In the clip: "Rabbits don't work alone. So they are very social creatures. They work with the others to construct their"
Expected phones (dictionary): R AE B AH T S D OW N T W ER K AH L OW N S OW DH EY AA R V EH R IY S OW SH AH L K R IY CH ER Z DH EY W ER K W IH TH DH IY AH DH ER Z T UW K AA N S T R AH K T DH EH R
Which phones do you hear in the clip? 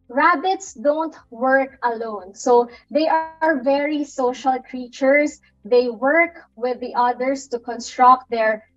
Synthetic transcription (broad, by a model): R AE B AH T S D OW N T W ER K AH L OW N S OW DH EY AA R V EH R IY S OW SH AH L K R IY CH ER S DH EY W ER K W IH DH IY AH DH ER S T UW K AA N S T R AH K T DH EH R